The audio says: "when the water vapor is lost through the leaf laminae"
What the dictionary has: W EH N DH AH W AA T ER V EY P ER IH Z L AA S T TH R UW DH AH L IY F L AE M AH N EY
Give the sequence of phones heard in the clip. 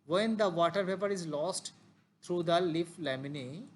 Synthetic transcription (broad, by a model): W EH N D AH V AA T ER P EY P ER IH Z L AA S T T R UW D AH L IY F L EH M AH N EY